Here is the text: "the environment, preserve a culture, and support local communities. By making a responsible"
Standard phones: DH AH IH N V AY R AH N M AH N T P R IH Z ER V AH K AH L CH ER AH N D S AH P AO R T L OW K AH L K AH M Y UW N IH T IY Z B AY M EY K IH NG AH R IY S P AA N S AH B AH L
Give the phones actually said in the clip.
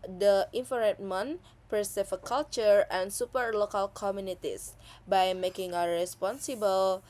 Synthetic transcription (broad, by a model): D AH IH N F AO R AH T M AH N P R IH S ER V AH K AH L CH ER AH N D S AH P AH R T L OW K AH L K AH M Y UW N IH T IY S B AY M EY K IH NG AH R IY S P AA N S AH B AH L